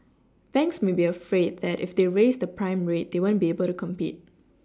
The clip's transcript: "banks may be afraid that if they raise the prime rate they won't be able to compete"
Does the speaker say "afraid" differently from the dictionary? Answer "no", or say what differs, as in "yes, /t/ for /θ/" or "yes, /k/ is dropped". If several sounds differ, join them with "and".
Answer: no